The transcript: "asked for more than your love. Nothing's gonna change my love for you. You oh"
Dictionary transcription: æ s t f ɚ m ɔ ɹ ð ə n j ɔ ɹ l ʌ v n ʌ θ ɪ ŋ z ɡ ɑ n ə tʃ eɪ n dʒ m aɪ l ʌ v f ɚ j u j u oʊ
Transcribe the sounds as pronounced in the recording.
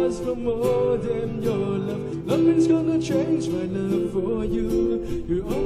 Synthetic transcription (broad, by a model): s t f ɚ m ɔ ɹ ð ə n j ɔ ɹ l ʌ v l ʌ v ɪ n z ɡ ɑ n ə tʃ eɪ n dʒ m aɪ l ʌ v f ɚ j u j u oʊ